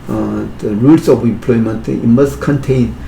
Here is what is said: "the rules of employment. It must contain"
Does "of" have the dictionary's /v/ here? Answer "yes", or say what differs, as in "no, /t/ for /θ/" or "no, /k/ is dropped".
no, /p/ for /v/